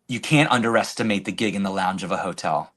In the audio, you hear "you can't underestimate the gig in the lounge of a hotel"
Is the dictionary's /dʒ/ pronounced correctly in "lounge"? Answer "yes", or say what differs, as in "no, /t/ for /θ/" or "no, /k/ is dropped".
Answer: yes